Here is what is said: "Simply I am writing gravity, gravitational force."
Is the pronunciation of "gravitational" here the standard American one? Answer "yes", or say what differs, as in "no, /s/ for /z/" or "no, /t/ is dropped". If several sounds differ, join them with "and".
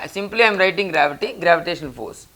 no, /n/ is dropped and /n/ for /l/